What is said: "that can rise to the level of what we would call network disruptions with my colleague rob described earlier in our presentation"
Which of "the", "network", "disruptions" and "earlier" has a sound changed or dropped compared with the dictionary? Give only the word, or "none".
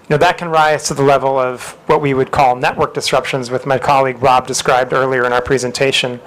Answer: none